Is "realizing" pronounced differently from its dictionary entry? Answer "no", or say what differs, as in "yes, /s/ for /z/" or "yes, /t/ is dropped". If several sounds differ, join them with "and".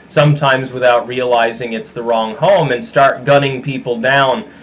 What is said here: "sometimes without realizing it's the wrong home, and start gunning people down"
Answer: no